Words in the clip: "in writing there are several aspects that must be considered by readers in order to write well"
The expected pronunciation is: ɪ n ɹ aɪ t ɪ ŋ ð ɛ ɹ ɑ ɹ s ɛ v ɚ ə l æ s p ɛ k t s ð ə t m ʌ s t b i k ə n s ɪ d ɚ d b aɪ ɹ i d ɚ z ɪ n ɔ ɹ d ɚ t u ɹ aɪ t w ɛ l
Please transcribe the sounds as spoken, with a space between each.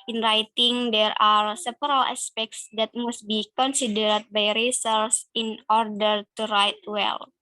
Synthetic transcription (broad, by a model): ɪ n ɹ aɪ t ɪ ŋ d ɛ ɹ ɑ ɹ s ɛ p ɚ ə l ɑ s p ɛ k t s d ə t m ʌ s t b i k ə n s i d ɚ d b aɪ ɹ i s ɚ s ɪ n ɔ ɹ d ɚ t u ɹ aɪ t w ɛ l